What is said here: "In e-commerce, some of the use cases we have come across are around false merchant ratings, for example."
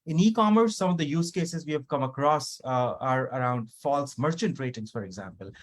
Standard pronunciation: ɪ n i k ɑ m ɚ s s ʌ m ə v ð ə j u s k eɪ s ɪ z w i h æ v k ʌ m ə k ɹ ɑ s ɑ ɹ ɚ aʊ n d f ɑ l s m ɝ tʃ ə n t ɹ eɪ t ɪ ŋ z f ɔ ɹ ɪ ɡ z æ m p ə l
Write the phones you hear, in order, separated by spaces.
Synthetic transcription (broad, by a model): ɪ n i k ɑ m ɚ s s ʌ m ə v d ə j u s k eɪ s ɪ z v i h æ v k ʌ m ə k ɹ ɑ s ɑ ɹ ɚ aʊ n d f ɑ l s m ɝ tʃ ə n t ɹ eɪ t ɪ ŋ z f ɔ ɹ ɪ ɡ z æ m p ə l